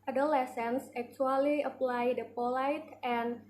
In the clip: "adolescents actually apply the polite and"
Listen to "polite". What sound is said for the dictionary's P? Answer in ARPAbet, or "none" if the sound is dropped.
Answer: P